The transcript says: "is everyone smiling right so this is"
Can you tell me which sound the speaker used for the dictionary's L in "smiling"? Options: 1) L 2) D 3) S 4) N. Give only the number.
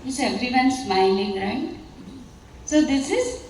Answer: 4